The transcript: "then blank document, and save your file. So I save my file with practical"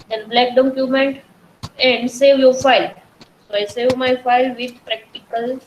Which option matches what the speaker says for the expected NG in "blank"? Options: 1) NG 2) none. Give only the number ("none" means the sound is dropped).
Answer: 2